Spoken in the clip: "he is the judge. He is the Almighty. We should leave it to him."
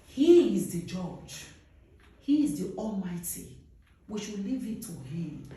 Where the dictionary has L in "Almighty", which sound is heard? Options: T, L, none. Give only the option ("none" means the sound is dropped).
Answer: L